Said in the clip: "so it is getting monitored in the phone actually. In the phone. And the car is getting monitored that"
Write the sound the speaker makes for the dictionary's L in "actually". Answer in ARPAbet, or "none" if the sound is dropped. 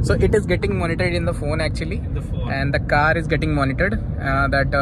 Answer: none